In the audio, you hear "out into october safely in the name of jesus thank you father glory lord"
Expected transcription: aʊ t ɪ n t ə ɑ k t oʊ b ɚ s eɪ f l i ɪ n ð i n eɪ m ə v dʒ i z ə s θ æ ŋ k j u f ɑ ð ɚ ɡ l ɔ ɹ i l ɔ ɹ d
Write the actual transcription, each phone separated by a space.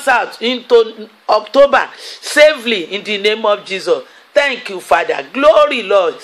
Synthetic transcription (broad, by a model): aʊ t ɪ n t ə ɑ k t oʊ b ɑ s eɪ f l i ɪ n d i n eɪ m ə f dʒ i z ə s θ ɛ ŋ k j u f ɑ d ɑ ɡ l ɔ ɹ i l ɔ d